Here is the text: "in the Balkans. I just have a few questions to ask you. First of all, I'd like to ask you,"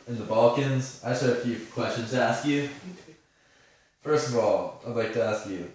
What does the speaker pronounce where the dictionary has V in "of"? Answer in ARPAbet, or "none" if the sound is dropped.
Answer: V